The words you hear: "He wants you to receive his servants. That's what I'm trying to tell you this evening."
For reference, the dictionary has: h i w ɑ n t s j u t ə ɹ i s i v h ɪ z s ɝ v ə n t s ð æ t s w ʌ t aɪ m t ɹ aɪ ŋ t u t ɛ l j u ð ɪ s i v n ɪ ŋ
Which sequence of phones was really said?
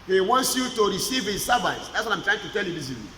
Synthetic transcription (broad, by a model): h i w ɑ n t s j u t ə ɹ i s i v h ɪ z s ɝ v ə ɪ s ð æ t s w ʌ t aɪ m t ɹ aɪ ŋ t u t ɛ l j u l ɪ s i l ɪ